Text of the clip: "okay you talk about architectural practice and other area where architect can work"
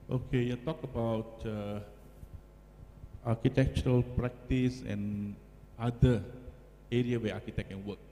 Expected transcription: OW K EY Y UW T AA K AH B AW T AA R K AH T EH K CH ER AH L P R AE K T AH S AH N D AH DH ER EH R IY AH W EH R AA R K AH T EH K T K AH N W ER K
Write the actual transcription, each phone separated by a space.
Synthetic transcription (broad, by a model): OW K EY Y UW T AA K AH B AW T AA K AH T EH K CH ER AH L P R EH K T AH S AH N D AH ER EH R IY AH W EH AA K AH T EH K K AH N W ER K